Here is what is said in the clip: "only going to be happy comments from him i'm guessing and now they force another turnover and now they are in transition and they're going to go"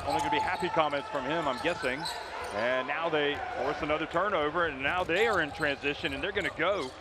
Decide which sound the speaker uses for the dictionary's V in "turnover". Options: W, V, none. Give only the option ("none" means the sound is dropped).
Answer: V